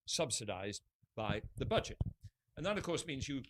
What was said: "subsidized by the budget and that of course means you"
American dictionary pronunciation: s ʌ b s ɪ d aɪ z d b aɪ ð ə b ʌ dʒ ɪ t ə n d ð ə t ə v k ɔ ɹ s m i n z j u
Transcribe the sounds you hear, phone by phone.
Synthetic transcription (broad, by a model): s ʌ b s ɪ d aɪ z b aɪ ð ə b ʌ dʒ ɪ t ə n ð ə t ə v k ɔ ɹ s m i n z j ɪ